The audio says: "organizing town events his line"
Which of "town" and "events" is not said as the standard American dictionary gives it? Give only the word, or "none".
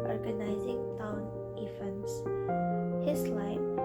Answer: events